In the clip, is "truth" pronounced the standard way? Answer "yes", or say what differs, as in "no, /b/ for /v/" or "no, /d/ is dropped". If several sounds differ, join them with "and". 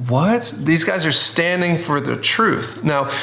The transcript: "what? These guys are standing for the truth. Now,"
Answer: yes